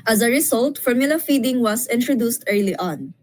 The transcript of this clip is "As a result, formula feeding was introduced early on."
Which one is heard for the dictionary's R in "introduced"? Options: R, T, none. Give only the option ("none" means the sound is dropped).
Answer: R